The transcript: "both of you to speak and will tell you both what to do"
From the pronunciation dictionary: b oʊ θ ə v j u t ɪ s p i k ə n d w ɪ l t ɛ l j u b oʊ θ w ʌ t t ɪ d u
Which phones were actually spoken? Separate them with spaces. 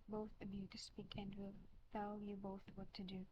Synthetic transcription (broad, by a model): b oʊ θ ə b j u t ɪ s p i k ə n d w ɪ l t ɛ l j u b oʊ θ w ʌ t t ɪ d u